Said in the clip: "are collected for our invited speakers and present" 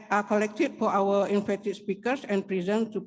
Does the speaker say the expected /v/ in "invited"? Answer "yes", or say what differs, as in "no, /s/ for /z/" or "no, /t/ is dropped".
no, /f/ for /v/